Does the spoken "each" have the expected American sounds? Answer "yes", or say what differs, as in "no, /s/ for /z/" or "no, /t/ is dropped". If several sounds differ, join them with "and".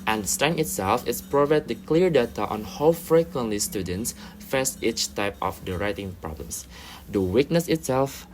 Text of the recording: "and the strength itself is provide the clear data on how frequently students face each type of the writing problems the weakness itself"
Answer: yes